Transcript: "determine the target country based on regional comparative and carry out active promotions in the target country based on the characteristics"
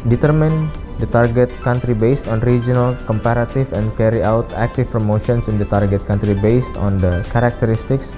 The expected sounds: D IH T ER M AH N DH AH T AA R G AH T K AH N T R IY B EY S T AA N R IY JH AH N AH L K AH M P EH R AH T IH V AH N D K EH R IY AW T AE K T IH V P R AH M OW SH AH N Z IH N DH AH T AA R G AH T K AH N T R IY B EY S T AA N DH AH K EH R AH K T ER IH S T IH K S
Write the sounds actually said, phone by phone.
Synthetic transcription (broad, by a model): D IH T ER M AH N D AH T AA R G AH T K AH N T R IY B EY S T AA N R IY JH AH N AH L K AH M P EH R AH T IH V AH N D K EH R IY AW T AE K T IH F P R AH M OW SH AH N S IH N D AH T AA R G AH T K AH N T R IY B EY S T AA N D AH K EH R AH K T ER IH S T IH K S